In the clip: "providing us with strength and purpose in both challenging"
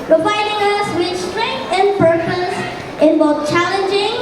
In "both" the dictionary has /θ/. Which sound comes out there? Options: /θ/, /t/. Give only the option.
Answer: /t/